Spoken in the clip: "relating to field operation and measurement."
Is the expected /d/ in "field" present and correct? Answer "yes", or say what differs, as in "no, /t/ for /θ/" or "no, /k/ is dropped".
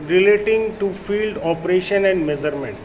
yes